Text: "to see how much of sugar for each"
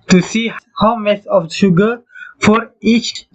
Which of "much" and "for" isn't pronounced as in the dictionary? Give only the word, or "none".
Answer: much